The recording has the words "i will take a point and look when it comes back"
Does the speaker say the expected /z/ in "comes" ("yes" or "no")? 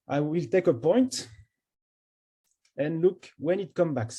no